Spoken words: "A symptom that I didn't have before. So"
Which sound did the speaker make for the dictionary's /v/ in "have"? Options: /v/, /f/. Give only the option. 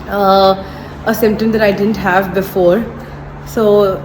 /v/